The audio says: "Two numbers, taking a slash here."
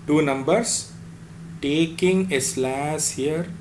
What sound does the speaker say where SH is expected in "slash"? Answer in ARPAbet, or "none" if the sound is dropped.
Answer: S